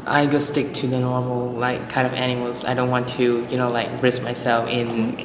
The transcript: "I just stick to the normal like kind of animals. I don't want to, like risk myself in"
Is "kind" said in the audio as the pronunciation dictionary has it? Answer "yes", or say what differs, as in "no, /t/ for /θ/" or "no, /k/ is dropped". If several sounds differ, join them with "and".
yes